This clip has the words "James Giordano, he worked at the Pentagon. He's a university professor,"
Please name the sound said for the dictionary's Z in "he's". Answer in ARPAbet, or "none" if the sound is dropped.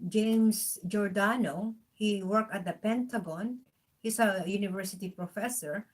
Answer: S